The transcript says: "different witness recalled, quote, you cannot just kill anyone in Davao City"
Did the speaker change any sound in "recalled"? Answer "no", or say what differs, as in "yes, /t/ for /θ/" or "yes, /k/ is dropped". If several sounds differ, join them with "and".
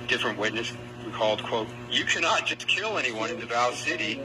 yes, /w/ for /ɹ/